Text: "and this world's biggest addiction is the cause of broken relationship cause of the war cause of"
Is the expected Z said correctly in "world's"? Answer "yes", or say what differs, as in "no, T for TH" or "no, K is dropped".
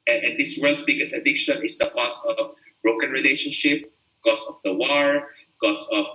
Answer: no, S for Z